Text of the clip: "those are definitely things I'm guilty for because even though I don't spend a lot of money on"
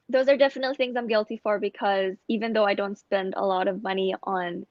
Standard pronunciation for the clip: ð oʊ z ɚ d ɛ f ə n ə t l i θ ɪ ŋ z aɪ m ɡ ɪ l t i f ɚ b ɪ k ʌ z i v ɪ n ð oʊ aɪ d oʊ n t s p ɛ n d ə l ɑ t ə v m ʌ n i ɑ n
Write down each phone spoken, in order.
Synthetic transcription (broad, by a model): ð oʊ z ɚ d ɛ f ə n ə t l i θ ɪ ŋ z aɪ m ɡ ɪ l t i f ɚ b ɪ k ʌ z i v ɪ n ð oʊ aɪ d oʊ n t s p ɛ n d ə l ɑ t ə v m ʌ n i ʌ n